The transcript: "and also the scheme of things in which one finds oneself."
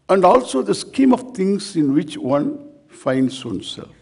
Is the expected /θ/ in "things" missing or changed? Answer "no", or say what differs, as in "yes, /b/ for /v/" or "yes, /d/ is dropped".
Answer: yes, /t/ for /θ/